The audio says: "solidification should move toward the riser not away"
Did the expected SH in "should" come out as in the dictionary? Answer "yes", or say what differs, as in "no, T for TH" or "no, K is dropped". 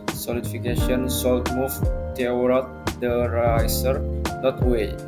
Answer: no, S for SH